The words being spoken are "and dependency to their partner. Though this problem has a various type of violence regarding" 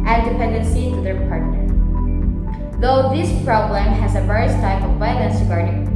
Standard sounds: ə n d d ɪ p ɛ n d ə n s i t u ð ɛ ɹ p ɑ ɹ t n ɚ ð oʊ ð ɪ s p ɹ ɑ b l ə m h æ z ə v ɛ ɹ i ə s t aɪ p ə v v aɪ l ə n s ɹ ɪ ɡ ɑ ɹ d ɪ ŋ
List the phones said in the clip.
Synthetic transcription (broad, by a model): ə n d d ɪ p ɛ n d ə n s i t u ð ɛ ɹ p ɑ ɹ t n ɚ ð oʊ ð ɪ s p ɹ ɑ b l ə m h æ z ə v ɛ ɹ i ə s t aɪ p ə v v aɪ n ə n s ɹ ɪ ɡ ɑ ɹ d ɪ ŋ